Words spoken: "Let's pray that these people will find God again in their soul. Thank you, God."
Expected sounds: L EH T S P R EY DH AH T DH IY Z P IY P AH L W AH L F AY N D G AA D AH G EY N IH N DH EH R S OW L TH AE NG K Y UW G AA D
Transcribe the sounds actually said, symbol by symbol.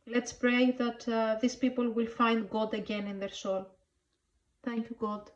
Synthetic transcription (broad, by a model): L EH T S P R EY DH AH T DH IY S P IY P AH L W AH L F AY N D G AA D AH G EY N IH N DH EH R S OW L TH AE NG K Y UW G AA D